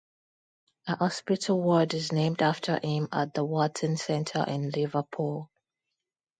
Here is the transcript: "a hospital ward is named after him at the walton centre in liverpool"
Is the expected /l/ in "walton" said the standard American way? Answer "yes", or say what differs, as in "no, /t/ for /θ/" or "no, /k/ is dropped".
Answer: no, /l/ is dropped